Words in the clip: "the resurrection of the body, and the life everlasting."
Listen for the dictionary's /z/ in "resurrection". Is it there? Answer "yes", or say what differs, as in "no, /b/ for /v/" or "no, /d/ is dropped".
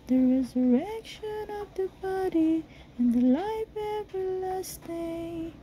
yes